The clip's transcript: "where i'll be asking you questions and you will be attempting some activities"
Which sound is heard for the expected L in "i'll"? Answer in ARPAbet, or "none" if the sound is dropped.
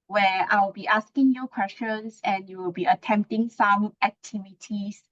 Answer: W